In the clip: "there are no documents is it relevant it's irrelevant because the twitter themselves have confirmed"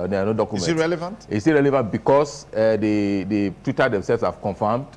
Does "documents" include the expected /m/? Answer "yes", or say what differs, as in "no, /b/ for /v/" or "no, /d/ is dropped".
no, /m/ is dropped